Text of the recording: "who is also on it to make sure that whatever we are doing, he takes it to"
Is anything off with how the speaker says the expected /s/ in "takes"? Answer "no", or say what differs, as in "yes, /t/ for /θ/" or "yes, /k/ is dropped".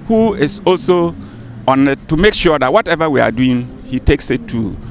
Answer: no